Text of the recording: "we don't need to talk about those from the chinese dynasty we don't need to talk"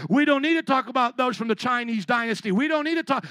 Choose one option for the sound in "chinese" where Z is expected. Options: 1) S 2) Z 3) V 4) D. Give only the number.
2